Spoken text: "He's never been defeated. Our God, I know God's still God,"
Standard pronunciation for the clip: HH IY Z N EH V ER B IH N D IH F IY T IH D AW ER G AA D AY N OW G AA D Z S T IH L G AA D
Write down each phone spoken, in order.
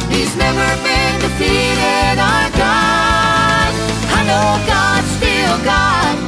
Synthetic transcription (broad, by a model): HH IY Z N EH V ER B IH N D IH P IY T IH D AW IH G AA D AY N OW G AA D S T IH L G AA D